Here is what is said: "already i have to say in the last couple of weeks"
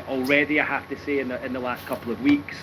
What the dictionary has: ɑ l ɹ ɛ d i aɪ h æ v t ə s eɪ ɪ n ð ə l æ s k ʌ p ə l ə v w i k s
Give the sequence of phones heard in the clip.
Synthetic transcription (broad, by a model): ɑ l ɹ ɛ d i aɪ h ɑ f t ə s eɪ ɪ n ð ə l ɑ s k ʌ p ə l ə v w i k s